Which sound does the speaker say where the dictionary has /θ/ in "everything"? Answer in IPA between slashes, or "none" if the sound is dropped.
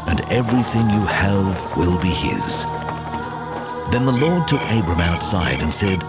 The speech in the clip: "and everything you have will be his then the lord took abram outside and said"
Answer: /θ/